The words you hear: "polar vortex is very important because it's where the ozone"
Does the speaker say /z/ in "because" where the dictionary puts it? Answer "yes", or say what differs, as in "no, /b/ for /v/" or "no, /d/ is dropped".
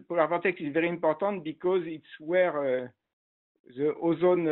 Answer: yes